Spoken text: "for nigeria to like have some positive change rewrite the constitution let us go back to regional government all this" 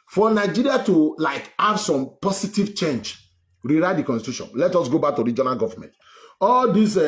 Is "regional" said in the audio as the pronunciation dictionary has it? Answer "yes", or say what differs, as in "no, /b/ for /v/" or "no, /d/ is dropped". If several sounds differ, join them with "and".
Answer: yes